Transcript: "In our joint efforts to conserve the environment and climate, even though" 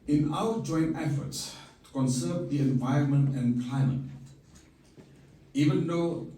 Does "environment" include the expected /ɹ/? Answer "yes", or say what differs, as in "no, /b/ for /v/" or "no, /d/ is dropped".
yes